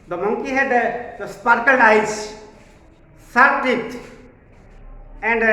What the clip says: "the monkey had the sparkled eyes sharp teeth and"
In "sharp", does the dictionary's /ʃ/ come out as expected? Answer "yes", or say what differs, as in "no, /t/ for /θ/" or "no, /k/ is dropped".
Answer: no, /s/ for /ʃ/